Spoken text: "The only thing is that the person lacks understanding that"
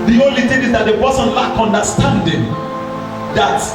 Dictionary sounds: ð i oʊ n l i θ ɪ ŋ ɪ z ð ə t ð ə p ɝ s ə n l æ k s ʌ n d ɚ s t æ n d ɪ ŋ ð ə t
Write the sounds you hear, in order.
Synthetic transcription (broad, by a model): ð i oʊ n l i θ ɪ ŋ ɪ z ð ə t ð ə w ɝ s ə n l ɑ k ʌ n d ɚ s t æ n d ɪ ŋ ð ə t